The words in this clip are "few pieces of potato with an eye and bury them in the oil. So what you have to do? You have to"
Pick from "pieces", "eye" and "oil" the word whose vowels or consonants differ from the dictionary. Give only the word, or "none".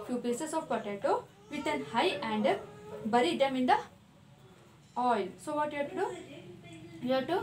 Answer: pieces